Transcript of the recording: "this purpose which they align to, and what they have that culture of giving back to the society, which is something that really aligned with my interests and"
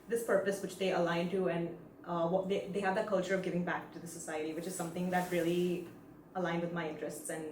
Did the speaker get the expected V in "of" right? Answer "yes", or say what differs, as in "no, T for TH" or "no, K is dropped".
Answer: yes